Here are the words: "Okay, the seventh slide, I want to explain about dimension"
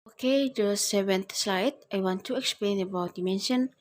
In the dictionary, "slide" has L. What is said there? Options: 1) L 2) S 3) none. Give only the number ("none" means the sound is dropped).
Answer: 1